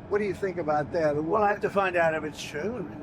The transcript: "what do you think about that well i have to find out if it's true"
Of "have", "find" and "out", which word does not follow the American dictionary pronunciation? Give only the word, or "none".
have